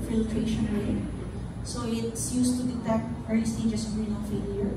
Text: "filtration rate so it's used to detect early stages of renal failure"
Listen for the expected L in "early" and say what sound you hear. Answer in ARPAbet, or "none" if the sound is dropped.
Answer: none